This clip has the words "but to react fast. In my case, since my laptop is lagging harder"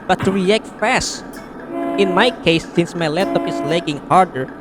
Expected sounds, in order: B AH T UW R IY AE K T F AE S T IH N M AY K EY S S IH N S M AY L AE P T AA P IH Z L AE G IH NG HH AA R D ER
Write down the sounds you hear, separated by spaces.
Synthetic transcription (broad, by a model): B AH T UW R IY AE K T F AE S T IH N M AY K EY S S IH N S M AY L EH T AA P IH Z L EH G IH NG HH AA R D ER